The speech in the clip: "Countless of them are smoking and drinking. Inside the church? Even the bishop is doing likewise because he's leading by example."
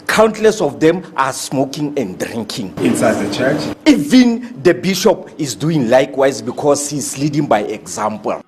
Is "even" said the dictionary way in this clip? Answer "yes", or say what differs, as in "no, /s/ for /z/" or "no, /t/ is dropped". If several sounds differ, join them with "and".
yes